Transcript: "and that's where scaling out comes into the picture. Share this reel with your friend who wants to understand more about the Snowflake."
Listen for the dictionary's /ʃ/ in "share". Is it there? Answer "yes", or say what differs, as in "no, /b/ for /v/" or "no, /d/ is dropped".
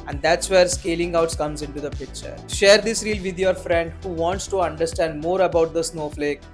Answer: yes